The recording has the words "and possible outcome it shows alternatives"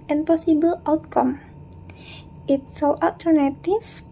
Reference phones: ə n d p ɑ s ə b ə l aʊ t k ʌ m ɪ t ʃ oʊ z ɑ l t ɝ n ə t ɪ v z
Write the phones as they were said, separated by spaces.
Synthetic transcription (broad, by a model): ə n p ɑ s ə b ə l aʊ t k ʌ m ɪ t s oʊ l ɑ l t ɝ n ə t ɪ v